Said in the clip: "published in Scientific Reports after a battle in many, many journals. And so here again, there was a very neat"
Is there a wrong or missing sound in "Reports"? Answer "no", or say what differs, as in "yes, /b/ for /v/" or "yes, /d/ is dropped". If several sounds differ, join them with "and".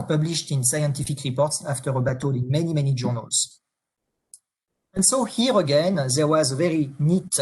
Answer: no